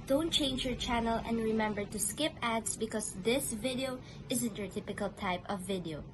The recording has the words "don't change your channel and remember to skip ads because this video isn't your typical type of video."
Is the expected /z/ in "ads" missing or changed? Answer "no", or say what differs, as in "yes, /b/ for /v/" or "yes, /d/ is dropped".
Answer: yes, /s/ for /z/